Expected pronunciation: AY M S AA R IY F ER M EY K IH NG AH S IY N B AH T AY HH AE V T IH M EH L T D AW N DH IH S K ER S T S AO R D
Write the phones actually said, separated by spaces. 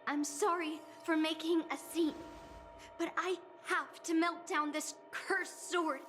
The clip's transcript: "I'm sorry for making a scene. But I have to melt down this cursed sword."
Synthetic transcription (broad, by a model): AY M S AA R IY F ER M EY K IH NG AH S IY N B AH T AY HH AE F T IH M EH L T D AW N DH IH S K ER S S AO R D